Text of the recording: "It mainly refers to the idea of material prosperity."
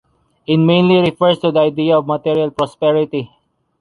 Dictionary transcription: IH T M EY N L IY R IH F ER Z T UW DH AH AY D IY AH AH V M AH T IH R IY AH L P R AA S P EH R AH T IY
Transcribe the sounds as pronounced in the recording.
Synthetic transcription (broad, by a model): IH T M EY N L IY R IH F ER S T UW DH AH AY D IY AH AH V M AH T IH R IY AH L P R AA S P EH R AH T IY